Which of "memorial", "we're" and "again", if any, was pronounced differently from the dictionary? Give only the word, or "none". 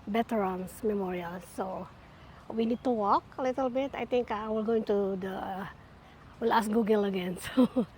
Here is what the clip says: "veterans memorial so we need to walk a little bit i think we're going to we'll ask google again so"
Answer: we're